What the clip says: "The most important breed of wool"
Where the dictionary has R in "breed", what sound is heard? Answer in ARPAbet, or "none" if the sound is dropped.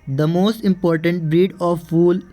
R